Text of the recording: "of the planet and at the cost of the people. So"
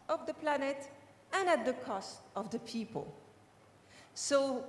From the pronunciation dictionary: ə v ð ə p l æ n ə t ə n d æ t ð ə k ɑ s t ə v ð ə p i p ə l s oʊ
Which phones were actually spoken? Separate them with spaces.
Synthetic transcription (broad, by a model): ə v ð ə p l æ n ə t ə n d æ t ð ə k ɑ s t ə v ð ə p i p ə l s oʊ